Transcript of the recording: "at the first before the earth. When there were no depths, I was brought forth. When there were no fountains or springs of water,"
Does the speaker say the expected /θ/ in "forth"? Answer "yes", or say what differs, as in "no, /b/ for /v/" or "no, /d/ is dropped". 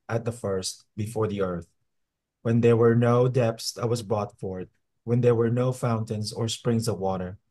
no, /t/ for /θ/